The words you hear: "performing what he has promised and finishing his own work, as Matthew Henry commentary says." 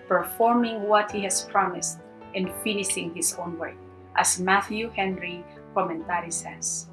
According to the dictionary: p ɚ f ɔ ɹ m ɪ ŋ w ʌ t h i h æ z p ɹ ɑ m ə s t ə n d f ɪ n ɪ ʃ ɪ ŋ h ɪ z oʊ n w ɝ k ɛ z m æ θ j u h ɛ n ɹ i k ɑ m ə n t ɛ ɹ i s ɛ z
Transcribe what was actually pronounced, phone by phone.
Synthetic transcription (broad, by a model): p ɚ f ɔ ɹ m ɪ ŋ w ʌ t h i h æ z p ɹ ɑ m ə s t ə n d f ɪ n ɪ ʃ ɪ ŋ h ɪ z oʊ n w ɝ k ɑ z m æ θ j u h ɛ n ɹ i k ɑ m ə n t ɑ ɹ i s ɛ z